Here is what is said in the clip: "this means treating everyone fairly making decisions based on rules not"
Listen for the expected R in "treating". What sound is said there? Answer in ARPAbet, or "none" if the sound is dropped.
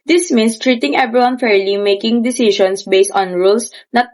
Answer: R